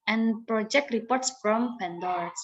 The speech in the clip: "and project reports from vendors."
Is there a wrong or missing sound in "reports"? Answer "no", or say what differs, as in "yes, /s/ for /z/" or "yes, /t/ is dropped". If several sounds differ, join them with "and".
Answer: no